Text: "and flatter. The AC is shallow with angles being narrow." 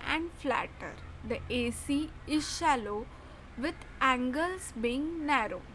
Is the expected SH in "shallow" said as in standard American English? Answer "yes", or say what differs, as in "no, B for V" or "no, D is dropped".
yes